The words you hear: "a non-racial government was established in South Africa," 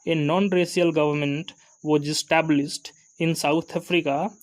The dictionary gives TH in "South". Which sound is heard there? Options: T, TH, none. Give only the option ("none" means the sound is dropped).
T